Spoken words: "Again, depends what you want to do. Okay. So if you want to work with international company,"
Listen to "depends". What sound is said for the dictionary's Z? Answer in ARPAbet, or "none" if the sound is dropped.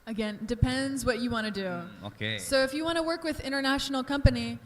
Z